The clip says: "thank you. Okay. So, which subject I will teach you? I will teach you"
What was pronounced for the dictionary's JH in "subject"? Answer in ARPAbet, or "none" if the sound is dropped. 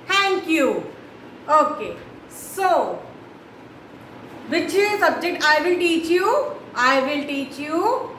JH